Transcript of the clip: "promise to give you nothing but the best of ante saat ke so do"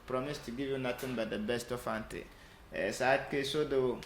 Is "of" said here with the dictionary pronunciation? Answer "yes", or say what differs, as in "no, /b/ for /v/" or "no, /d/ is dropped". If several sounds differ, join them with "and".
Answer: no, /f/ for /v/